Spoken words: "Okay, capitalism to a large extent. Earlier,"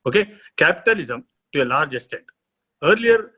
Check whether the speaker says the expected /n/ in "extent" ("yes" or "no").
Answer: no